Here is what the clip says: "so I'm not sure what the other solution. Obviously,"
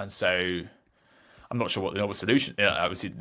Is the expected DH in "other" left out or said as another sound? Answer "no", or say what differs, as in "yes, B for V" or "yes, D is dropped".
yes, DH is dropped